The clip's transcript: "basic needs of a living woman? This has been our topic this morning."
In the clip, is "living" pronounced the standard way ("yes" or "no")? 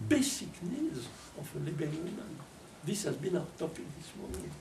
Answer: no